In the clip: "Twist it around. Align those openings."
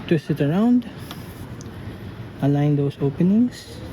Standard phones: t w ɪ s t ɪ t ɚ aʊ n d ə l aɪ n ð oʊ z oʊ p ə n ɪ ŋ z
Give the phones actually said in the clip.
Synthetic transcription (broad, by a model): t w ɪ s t ɪ t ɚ aʊ n d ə l aɪ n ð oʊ s oʊ p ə n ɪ ŋ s